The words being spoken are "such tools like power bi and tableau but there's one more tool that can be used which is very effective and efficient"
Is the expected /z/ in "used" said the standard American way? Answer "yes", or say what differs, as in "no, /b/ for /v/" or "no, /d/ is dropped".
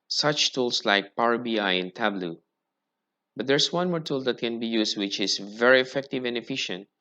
no, /s/ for /z/